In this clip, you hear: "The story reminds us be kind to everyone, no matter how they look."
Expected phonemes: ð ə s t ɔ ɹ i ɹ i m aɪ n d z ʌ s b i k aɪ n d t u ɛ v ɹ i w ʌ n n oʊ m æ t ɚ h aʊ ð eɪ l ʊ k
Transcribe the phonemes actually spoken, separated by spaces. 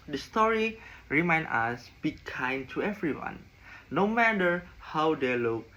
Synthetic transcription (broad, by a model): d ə s t ɔ ɹ i ɹ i m aɪ n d ɑ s b i k aɪ n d t u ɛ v ɹ i w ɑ n n oʊ m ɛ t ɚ h aʊ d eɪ l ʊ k